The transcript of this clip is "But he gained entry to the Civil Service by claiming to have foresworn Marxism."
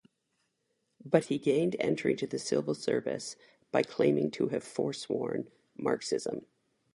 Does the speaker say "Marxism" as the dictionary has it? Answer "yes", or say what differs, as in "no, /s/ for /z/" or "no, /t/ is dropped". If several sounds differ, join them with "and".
yes